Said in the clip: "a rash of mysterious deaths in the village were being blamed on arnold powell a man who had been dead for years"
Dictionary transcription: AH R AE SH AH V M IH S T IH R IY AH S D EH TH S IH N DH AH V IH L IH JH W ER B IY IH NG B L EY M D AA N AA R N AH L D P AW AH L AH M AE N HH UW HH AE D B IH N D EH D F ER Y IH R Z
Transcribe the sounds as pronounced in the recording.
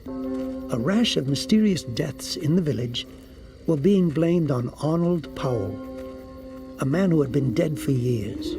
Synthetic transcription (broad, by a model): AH R AE SH AH V M IH S T IH R IY AH S D EH TH S IH N DH AH V IH L IH JH W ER B IY IH NG B L EY M D N AA N L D P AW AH L AH M AE N HH UW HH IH D B IH N D EH D F ER Y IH R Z